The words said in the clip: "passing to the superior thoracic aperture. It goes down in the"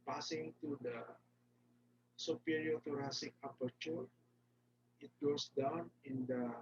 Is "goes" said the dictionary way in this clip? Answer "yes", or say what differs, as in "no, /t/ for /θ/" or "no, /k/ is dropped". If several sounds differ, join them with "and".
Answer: no, /s/ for /z/